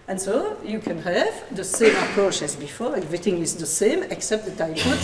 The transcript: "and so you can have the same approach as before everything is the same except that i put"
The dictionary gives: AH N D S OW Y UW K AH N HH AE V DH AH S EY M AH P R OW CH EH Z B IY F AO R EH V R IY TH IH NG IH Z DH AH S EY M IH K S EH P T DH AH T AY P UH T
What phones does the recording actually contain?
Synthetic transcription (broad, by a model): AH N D S OW Y UW K AH N HH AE V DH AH S EY M AH P R OW CH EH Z B IY F AO R EH V R IY TH IH NG IH Z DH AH S EY M IH K S EH P T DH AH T AY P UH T